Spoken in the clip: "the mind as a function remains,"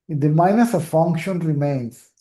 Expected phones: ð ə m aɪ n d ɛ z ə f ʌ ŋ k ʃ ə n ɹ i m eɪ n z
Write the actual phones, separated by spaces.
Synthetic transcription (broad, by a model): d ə m aɪ n ʌ s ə f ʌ ŋ k ʃ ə n ɹ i m eɪ n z